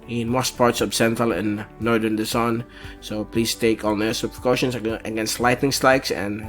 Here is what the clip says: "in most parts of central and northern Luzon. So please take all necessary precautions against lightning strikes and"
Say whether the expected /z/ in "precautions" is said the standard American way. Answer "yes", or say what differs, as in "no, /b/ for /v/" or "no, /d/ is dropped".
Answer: no, /s/ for /z/